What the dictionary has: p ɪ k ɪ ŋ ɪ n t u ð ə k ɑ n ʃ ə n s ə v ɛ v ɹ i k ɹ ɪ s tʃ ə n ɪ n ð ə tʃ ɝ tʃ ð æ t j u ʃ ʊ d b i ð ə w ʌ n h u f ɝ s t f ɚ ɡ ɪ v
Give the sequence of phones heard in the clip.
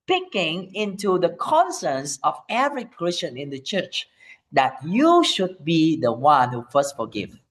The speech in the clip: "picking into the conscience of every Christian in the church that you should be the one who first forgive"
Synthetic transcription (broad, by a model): p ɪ k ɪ ŋ ɪ n t u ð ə k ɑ n s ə n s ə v ɛ v ɹ i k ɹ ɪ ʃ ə n ɪ n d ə tʃ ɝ tʃ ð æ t j u ʃ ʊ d b i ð ə w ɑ n h u f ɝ s t f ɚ ɡ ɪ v